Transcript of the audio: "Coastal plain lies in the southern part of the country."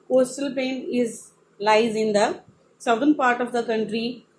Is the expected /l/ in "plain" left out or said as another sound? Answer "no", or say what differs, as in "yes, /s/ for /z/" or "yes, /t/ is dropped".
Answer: yes, /l/ is dropped